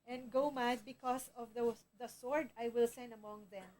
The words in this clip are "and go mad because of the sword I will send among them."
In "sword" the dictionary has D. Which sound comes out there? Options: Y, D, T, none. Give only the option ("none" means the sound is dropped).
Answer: D